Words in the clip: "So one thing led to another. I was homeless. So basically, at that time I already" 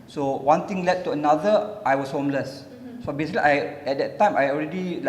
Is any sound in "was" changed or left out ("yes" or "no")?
yes